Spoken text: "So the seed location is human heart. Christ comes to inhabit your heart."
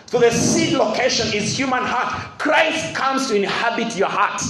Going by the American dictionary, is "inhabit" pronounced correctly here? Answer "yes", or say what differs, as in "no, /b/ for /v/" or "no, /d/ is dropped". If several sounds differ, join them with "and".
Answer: yes